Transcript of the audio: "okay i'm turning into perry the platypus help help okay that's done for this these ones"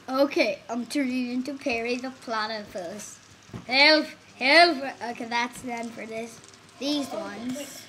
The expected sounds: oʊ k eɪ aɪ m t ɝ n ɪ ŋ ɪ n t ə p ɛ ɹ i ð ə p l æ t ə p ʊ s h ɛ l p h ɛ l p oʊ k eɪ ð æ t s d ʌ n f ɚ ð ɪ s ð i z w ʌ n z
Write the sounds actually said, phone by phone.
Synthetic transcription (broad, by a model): oʊ k eɪ aɪ m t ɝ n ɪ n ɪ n t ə p ɛ ɹ i ð ə p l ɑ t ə f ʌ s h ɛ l f h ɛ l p oʊ k eɪ ð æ t s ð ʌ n f ɚ ð ɪ s ð i z w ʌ n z